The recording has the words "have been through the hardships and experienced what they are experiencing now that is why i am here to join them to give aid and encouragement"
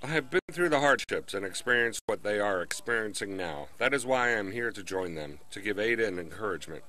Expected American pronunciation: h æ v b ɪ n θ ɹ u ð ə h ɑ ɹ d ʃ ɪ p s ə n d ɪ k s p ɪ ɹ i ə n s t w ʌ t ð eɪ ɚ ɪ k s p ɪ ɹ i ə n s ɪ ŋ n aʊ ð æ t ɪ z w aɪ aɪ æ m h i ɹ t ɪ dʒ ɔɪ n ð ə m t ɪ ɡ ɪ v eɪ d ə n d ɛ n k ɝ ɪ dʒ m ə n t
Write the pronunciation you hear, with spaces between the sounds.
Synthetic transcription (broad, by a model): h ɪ v b ɪ n θ ɹ u ð ə h ɑ ɹ d ʃ ɪ p s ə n ɪ k s p ɪ ɹ i ə n s t w ʌ t ð eɪ ɚ ɪ k s p ɪ ɹ i ə n s ɪ ŋ n aʊ ð æ t ɪ z w aɪ aɪ m h i ɹ t ɪ dʒ ɔɪ n ð ə m t ɪ ɡ ɪ v eɪ d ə n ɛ n k ɝ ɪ dʒ m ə n t